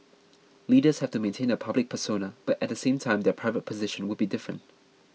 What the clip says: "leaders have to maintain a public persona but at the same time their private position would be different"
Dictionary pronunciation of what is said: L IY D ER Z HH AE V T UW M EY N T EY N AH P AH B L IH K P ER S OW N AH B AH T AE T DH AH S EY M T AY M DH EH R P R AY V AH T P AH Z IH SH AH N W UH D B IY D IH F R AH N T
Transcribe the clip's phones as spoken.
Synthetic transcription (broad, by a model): L IY D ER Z HH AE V T UW M EY N T EY N AH P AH B L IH K P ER S OW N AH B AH T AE T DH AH S EY M T AY M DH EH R P R AY V AH T P AH Z IH SH AH N W UH D B IY D IH F R AH N T